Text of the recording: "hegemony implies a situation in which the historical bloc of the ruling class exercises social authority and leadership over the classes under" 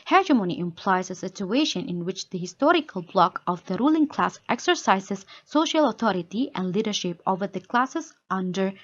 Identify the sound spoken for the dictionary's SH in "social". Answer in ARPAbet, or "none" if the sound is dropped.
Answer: SH